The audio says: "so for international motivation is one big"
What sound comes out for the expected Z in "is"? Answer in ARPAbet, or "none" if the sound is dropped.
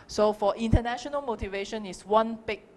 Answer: S